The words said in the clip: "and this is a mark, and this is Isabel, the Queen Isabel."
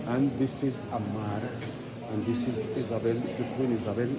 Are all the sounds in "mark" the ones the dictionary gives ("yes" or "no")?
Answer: no